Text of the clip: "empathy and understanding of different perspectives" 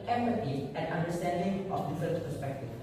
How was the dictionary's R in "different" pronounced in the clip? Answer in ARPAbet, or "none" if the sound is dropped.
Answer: none